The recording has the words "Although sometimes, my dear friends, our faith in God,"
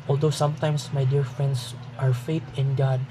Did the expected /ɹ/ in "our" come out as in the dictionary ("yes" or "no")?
yes